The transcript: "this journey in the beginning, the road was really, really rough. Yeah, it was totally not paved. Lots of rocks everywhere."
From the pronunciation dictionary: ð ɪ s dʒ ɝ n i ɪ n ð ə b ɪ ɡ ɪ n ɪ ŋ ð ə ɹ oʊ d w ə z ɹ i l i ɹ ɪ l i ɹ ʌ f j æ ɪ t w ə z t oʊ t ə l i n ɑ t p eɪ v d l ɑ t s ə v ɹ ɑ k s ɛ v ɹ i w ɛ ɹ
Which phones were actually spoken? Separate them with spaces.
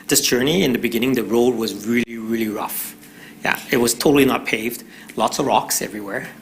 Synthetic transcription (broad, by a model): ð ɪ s dʒ ɝ n i ɪ n ð ə b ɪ ɡ ɪ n ɪ ŋ ð ə ɹ oʊ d w ə z ɹ i l i ɹ ɪ l i ɹ ʌ f j æ ɪ t w ə z t oʊ t l i n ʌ t p eɪ v d l ɑ t s ə v ɹ ɑ k s ɛ v ɹ i w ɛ ɹ